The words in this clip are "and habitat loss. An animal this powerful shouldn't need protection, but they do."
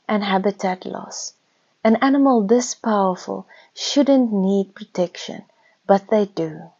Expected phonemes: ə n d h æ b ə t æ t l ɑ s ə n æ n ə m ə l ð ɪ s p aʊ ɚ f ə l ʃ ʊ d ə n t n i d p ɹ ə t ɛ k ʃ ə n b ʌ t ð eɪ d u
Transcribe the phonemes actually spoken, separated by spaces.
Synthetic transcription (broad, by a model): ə n h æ b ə t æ t l ɑ s ə n æ n ə m ə l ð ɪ s p aʊ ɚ f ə l ʃ ʊ d ə n t n i d p ɹ ə t ɛ k ʃ ə n b ʌ t ð eɪ d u